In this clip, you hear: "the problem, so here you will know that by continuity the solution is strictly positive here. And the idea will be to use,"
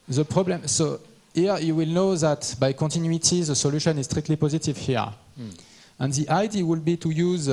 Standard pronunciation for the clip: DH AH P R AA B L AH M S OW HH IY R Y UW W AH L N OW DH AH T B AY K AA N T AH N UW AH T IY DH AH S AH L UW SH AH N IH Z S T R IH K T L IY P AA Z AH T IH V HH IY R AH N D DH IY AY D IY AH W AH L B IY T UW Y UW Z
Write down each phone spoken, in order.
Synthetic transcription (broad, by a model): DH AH P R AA B L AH M S OW HH IY R Y UW W AH L N OW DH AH T B AY K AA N T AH N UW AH T IY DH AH S AH L UW SH AH N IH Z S T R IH K T L IY P AA Z AH T IH V HH IY R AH N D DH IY AY D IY W AH L B IY T UW Y UW Z